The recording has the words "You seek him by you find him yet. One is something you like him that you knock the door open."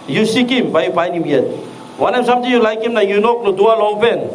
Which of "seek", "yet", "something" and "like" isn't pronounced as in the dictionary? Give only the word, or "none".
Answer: something